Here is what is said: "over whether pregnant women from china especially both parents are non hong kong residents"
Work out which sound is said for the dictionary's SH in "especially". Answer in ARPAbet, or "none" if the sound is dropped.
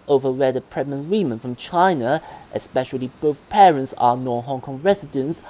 SH